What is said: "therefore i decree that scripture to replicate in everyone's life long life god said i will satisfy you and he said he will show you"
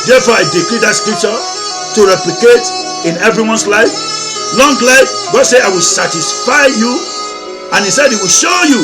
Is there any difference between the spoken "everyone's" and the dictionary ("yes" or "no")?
yes